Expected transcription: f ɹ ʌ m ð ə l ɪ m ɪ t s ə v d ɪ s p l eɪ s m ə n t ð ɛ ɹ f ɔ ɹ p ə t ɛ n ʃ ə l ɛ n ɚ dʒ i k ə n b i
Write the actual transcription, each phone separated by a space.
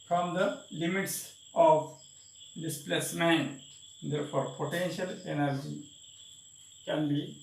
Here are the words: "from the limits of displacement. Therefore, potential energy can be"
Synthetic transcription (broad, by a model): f ɹ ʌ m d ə l ɪ m ɪ t s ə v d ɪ s p l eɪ s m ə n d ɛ ɹ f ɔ ɹ p ə t ɛ n ʃ ə l ɛ n ɚ dʒ i k ə n b i